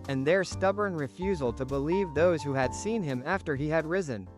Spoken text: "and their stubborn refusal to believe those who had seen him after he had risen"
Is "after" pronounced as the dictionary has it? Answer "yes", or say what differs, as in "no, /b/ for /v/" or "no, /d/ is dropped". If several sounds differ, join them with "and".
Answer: yes